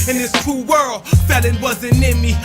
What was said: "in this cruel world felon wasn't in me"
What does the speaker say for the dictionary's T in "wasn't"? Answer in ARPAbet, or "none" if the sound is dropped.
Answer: none